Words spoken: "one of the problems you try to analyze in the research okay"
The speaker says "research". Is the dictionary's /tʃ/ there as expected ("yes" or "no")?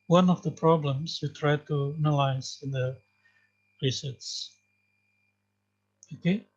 no